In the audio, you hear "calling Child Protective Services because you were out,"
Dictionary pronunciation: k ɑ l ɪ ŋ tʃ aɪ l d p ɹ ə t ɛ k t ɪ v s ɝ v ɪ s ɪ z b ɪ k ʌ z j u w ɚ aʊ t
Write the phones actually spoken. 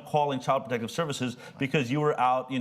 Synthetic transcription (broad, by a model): k ɑ l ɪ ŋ tʃ aɪ l d p ɹ ə t ɛ k t ɪ v s ɝ v ɪ s ɪ z b ɪ k ʌ z j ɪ w ɚ aʊ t